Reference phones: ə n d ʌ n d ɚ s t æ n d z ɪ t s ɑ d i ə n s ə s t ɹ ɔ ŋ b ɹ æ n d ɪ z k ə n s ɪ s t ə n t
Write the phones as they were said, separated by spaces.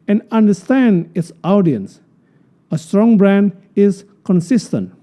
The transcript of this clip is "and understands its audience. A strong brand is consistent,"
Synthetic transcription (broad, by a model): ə n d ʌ n d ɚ s t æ n d ɪ t s ɑ d i ə n s ə s t ɹ ɔ ŋ b ɹ æ n d ɪ z k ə n s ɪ s t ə n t